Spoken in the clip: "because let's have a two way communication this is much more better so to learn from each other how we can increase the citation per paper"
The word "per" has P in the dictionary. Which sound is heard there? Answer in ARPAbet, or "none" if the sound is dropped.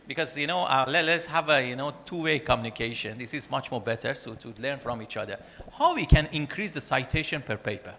P